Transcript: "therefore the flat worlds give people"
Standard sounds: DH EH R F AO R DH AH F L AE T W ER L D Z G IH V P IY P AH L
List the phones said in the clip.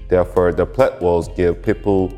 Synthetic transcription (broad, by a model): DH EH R F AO R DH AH P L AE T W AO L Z G IH V P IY P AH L